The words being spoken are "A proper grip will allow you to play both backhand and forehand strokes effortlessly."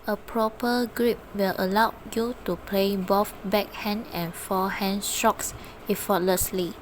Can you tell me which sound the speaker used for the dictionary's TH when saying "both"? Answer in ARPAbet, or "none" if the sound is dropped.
F